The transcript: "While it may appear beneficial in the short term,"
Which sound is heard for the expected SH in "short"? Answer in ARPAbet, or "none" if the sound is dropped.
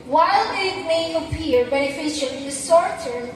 S